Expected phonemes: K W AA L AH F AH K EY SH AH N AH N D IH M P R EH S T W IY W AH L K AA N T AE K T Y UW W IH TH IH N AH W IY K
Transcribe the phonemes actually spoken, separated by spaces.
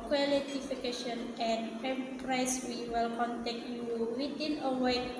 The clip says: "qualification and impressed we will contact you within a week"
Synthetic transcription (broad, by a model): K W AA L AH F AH K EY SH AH N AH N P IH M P R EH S W IY W AH L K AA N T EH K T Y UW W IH T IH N AH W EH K